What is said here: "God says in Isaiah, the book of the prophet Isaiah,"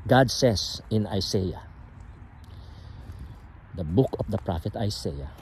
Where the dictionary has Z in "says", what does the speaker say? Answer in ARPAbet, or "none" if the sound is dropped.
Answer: S